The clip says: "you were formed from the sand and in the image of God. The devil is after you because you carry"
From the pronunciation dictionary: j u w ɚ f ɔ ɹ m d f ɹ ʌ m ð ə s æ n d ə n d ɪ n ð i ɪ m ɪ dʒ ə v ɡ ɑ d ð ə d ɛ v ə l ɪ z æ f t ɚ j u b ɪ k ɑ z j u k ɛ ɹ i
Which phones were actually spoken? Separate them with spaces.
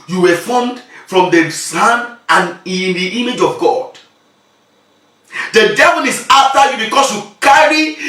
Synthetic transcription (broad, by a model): j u w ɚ f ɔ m d f ɹ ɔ m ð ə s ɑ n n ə n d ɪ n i m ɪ dʒ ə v ɡ ɑ d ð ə d ɛ v ə l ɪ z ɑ f t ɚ j u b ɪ k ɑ s j u k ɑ ɹ i